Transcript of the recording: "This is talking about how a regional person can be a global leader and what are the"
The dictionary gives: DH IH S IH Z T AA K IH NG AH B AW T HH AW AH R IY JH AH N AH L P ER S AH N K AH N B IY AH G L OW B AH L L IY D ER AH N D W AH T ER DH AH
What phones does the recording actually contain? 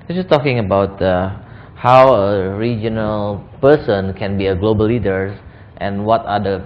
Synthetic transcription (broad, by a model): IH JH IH S T AA K IH NG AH B AW T HH AW AH R IY JH AH N AH L P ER S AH N K AH N B IY AH G L OW B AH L L IY D ER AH N W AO T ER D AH